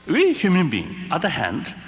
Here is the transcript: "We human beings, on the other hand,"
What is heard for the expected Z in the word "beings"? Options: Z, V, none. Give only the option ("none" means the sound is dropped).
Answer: none